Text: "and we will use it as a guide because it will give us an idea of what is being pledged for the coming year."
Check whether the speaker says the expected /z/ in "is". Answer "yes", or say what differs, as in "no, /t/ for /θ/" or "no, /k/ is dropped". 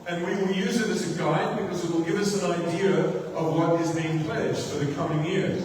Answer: yes